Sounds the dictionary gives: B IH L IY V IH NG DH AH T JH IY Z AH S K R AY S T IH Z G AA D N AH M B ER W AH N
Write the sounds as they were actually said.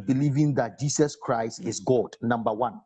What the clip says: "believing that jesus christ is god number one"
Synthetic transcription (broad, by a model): B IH L IY V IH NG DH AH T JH IY S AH S K R AY S T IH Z G AA D N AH M B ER W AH N